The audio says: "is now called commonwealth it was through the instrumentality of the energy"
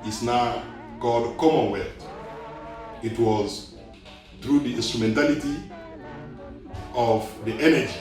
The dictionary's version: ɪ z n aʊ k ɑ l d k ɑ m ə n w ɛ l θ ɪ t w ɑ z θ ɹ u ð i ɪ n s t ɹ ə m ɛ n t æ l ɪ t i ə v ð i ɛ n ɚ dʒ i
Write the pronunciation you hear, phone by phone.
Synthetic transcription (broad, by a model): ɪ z n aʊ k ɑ d k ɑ m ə n w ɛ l t ɪ t w ɑ z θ ɹ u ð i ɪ n s t ɹ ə m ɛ n t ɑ l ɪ t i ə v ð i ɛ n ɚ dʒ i